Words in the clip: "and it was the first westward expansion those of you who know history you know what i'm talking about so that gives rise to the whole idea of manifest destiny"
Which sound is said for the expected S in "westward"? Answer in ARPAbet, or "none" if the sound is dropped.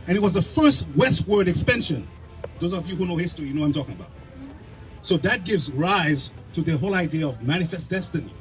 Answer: S